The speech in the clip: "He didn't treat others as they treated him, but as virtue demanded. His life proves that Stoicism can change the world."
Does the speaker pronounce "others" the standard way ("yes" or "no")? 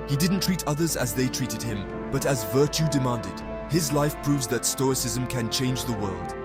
yes